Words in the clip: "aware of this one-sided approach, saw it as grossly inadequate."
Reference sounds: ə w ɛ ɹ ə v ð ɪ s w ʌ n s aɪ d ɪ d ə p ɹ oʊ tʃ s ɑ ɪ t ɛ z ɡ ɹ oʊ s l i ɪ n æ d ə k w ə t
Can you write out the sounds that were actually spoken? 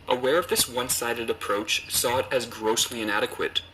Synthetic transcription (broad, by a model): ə w ɛ ɹ ə v ð ɪ s w ʌ n s aɪ d ɪ d ə p ɹ oʊ tʃ s ɑ t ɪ z ɡ ɹ oʊ s l i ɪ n æ d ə k w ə t